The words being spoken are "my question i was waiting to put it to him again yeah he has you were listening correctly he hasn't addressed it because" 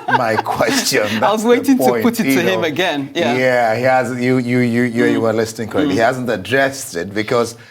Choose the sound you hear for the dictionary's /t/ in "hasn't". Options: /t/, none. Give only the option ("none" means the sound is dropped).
/t/